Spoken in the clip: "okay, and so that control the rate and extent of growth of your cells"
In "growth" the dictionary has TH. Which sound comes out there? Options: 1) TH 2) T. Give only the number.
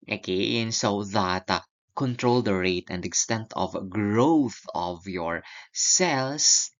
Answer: 1